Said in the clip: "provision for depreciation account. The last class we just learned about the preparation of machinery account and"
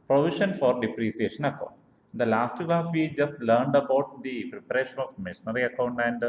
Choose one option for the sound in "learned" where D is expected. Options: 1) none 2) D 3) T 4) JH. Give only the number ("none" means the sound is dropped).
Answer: 2